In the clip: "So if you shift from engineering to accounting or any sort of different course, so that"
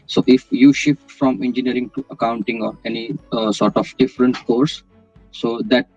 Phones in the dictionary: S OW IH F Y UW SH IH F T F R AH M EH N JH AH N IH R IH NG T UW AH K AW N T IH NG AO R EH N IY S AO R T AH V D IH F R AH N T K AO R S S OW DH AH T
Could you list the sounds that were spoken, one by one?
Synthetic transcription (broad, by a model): S OW IH F Y UW SH IH F T F R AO M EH N JH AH N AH R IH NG T UW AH K AW N T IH NG AO R EH N IY S AO R T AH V D IH F R AH N T K AO R S S OW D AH T